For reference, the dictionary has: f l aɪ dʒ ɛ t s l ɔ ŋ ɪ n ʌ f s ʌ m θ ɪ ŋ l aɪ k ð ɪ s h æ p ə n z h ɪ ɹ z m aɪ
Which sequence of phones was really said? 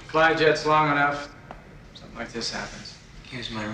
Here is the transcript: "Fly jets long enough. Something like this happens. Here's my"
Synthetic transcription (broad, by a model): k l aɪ dʒ ɛ t s l ɔ ŋ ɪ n ʌ f s ʌ m θ ɪ ŋ l aɪ k ð ɪ s h æ p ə n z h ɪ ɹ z m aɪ